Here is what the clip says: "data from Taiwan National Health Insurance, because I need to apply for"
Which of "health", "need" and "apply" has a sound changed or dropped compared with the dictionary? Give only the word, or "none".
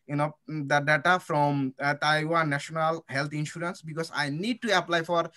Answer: health